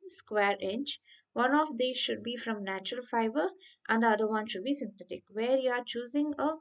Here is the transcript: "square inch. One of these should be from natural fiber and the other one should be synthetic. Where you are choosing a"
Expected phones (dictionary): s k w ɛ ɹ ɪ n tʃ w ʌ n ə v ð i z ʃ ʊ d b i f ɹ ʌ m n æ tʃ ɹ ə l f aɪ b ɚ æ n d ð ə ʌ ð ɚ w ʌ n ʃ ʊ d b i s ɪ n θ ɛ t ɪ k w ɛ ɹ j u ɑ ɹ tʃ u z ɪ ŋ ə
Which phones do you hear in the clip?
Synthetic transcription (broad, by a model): s k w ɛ ɹ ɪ n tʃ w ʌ n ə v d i ʃ ʊ d b i f ɹ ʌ m n æ tʃ ɹ ə l f aɪ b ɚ æ n d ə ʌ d ɚ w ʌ n ʃ ʊ d b i s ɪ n t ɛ t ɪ k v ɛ ɹ j u ɑ ɹ tʃ u z ɪ ŋ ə